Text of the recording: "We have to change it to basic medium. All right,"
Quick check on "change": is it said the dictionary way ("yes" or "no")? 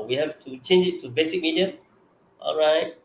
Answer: yes